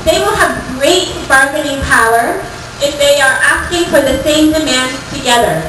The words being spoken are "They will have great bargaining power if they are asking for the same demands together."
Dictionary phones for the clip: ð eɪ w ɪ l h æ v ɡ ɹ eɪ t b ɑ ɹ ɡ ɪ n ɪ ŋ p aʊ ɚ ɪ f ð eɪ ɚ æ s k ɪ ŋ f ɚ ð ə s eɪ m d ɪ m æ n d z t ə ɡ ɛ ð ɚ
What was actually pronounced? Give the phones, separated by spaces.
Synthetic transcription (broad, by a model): ð eɪ w ɪ l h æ v ɡ ɹ eɪ t b ɑ ɹ ɡ ɪ n ɪ ŋ p aʊ ɚ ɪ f ð eɪ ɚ æ s k ɪ ŋ f ɚ ð ə s eɪ m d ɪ m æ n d t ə ɡ ɛ ð ɚ